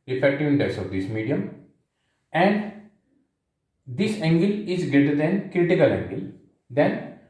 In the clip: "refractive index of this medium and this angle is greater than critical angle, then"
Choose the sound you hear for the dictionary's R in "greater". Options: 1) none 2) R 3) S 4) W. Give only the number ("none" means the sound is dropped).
2